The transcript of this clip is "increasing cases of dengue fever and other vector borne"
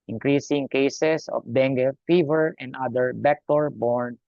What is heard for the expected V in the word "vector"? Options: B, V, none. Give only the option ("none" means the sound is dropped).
B